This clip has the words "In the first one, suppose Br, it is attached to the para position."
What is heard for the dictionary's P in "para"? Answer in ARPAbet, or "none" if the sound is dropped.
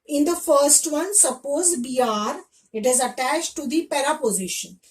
P